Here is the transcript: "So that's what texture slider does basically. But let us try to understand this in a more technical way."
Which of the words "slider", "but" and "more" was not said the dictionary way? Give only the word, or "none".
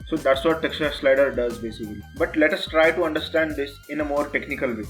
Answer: none